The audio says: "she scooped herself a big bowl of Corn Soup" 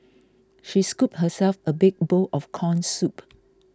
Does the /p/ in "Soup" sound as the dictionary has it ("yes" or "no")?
yes